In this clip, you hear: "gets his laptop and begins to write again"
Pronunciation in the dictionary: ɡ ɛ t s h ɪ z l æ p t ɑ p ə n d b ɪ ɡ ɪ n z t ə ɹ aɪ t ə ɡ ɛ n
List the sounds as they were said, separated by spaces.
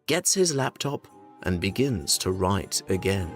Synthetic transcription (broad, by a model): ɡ ɛ t s h ɪ z l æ p t ɑ p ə n b ɪ ɡ ɪ n z t ə ɹ aɪ t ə ɡ ɛ n